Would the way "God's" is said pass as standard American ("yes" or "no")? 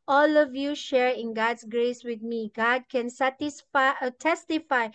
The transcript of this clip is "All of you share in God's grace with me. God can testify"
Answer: no